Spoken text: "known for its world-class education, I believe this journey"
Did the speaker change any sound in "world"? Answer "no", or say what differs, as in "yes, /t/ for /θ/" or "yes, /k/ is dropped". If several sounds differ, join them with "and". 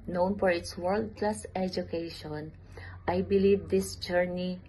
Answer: no